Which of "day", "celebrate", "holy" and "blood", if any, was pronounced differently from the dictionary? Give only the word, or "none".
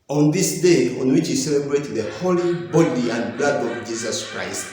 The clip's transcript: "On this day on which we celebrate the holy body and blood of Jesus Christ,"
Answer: none